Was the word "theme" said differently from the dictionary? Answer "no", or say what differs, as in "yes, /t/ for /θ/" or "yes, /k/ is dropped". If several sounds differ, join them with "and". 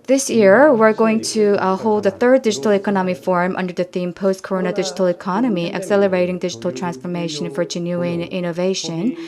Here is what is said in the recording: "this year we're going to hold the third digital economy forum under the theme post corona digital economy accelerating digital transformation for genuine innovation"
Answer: no